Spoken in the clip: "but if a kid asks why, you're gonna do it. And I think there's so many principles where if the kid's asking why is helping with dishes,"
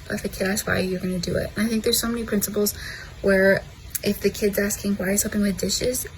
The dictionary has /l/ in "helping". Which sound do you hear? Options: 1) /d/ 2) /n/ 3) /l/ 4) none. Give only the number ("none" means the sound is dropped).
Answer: 4